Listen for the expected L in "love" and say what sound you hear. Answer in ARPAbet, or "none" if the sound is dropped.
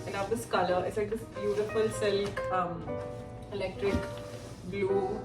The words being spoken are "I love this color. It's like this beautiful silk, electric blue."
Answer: N